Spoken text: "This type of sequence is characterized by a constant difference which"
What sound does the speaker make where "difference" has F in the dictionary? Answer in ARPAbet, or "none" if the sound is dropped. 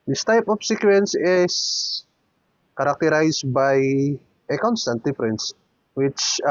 P